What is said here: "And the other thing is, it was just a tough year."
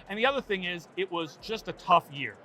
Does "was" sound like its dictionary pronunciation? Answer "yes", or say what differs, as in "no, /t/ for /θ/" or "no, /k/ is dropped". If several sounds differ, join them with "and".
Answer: yes